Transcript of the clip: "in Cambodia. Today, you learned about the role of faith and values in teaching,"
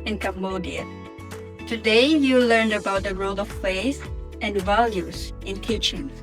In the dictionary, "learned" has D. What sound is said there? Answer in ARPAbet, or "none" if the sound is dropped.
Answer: D